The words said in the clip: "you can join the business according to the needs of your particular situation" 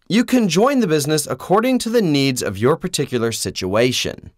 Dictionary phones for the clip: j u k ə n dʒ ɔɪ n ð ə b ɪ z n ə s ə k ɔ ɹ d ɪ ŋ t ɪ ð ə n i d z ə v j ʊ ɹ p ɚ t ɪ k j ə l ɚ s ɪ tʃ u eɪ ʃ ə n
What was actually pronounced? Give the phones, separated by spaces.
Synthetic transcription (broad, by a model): j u k ə n dʒ ɔɪ n ð ə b ɪ z n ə s ə k ɔ ɹ d ɪ ŋ t ɪ ð ə n i d z ə v j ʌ ɹ p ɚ t ɪ k j l ɚ s ɪ tʃ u eɪ ʃ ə n